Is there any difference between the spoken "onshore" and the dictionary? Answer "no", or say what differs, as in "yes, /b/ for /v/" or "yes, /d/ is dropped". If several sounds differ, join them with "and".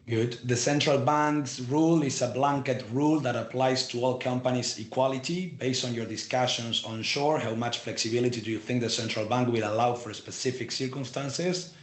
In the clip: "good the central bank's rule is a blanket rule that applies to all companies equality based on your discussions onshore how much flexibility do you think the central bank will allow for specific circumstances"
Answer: no